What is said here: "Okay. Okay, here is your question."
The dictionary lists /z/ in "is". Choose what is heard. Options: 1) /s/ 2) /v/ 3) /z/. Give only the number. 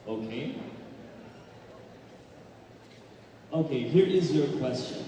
3